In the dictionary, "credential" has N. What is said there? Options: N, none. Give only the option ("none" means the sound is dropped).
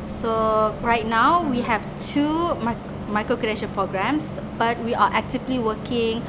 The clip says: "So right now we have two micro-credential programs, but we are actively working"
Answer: none